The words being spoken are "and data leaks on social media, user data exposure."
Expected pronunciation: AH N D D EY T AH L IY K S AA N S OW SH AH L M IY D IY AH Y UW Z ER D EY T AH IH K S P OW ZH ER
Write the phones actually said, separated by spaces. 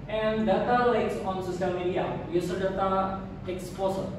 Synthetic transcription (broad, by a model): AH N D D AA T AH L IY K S AA N S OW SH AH L M IY D IY AH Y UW S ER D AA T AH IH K S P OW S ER